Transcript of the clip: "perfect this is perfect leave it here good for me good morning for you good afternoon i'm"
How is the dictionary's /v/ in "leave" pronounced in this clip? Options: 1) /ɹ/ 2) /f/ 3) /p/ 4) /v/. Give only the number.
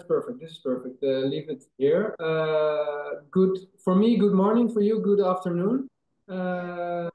4